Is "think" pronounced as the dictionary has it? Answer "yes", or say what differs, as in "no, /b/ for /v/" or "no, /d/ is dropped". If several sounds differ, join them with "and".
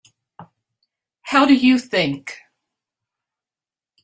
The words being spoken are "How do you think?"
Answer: yes